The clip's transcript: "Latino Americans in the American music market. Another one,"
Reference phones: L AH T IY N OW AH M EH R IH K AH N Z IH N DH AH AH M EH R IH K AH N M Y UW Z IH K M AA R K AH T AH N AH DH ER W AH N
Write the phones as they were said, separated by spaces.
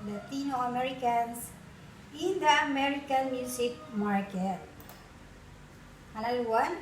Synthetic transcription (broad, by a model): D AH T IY N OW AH M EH R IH K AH N S IH N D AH AH M EH R IH K AH N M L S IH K M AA R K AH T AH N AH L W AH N